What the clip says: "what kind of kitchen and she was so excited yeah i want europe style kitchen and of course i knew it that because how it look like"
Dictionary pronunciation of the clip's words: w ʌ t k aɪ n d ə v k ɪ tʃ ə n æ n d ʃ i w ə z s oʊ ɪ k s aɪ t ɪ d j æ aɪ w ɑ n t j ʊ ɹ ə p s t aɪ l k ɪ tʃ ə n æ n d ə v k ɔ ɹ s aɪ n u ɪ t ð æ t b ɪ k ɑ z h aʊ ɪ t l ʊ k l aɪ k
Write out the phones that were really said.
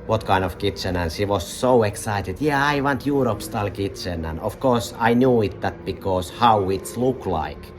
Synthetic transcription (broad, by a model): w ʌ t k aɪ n ə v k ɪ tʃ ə n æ n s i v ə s s oʊ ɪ k s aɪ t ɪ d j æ aɪ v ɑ n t j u ɹ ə p s t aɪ l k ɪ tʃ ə n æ n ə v k ɔ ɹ s aɪ n u ɪ t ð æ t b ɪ k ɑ s h aʊ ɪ t l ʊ k l aɪ k